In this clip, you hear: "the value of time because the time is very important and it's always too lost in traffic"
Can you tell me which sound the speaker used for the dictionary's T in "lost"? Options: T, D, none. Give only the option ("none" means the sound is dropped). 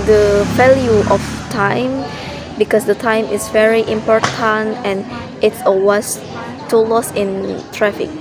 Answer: none